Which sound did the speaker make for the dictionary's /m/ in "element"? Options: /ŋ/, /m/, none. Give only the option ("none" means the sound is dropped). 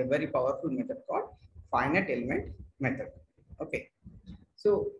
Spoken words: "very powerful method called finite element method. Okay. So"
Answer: /m/